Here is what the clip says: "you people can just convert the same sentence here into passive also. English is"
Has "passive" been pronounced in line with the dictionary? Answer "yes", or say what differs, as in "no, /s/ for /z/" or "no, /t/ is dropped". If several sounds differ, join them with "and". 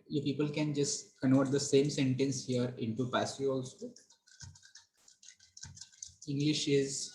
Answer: no, /v/ is dropped